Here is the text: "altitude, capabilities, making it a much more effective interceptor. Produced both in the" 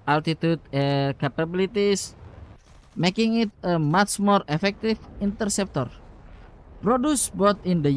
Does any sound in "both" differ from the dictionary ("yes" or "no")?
yes